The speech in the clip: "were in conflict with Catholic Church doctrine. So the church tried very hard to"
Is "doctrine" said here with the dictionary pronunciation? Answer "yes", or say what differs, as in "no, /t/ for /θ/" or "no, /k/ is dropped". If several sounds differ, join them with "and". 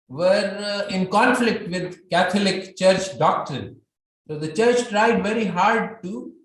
no, /ɹ/ is dropped